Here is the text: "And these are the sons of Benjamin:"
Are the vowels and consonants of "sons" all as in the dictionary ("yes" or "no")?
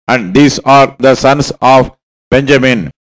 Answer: no